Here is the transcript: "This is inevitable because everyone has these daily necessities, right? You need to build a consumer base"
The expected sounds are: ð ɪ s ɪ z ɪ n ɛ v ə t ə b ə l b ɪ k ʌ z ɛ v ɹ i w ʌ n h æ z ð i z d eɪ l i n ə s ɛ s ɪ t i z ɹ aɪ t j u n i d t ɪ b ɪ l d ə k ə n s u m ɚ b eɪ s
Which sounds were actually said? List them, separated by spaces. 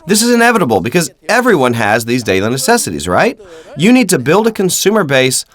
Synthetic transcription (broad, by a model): ð ɪ s ɪ z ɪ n ɛ v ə t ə b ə l b ɪ k ʌ z ɛ v ɹ i w ʌ n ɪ z ð i z d eɪ l i n ə s ɛ s ɪ t i z ɹ aɪ t j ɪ n i d t ɪ b ɪ l d ə k ə n s u m ɚ b eɪ s